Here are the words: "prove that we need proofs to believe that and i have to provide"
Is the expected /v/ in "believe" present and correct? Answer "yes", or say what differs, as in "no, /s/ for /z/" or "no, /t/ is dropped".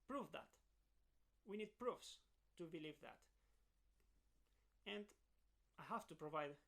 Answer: yes